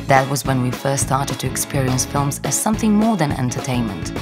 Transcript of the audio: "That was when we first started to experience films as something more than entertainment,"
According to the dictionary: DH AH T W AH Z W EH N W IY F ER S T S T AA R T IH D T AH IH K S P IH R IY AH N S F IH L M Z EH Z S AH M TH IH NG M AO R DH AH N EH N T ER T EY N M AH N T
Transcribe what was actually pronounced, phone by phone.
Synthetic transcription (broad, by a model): DH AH T W AH Z W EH N W IY F ER S T S T AA R T IH D T IH K S P IH R IY AH N S F IH L M Z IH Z S AH M TH IH NG M AO R DH AH N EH N T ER T EY N M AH N T